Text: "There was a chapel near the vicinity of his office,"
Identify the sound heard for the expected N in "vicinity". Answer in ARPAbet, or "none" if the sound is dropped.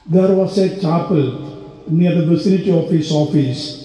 L